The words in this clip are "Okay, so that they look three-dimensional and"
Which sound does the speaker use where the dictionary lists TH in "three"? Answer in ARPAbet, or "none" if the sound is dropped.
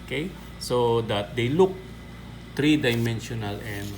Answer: T